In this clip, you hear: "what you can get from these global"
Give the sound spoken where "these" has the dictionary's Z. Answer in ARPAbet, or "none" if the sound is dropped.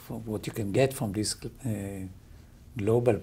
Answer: S